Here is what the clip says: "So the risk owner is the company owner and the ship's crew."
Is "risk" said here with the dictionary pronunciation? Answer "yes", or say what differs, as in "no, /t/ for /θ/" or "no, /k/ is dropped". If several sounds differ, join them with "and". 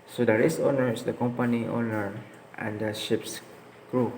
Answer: no, /k/ is dropped